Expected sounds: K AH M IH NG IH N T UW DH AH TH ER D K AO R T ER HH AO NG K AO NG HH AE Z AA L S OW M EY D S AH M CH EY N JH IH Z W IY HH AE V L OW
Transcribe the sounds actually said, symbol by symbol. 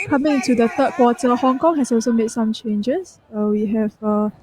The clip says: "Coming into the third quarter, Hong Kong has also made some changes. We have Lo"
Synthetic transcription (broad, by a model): K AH M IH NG IH N T UW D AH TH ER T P AO T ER HH AO NG K AO NG HH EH S AA L S OW M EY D S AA M CH EY N JH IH S W IY HH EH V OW